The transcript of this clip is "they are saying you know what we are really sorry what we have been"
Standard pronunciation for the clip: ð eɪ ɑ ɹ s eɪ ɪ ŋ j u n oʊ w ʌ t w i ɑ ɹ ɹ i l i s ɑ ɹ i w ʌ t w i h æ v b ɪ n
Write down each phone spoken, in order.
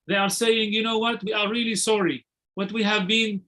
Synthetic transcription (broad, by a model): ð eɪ ɑ ɹ s eɪ ɪ ŋ j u n oʊ w ʌ t w i ɑ ɹ ɹ i l i s ɑ ɹ i w ʌ t w i h æ v b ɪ n